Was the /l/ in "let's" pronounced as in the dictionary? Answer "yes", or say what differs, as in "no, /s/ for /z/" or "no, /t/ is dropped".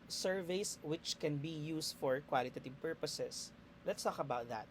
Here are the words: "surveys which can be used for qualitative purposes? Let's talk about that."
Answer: yes